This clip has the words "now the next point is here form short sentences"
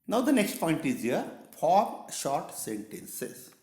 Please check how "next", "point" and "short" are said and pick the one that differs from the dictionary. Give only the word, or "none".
none